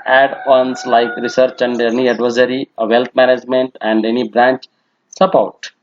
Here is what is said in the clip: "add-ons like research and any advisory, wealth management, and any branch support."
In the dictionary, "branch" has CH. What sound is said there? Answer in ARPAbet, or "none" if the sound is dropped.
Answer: CH